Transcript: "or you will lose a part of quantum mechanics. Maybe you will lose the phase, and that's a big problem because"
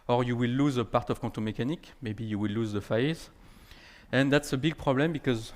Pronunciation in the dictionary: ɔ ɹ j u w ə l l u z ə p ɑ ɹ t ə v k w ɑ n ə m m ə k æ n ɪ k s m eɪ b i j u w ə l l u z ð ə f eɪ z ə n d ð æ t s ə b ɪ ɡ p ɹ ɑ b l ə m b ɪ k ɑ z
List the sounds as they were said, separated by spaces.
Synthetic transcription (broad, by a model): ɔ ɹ j u w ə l l u z ə p ɑ ɹ t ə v k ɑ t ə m m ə k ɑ n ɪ k m eɪ b i j u w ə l l u z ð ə f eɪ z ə n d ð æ t s ə b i ɡ p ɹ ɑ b l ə m b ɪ k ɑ z